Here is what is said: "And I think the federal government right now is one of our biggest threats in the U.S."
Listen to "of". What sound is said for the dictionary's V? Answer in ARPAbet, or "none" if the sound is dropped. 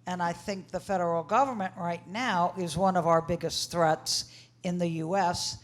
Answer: V